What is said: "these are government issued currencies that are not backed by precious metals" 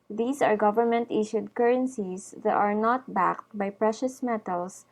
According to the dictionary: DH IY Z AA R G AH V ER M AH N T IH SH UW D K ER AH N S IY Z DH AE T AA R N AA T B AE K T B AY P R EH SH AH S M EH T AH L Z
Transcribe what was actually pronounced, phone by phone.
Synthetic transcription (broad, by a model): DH IY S AA R G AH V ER M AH N T IH SH UW D K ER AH N S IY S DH T AA R N AA T B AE K T B AY P R EH SH AH S M EH T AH L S